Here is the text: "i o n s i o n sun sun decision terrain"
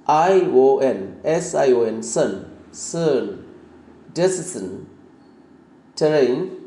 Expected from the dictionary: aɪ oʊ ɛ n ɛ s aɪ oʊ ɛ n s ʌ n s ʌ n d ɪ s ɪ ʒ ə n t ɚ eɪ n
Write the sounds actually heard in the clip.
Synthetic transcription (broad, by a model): aɪ oʊ ɛ n ɛ s aɪ oʊ ɛ n s ʌ n s ʌ n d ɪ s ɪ s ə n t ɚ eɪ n